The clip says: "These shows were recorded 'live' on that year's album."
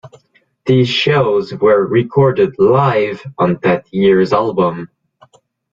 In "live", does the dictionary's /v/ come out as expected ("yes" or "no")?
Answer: yes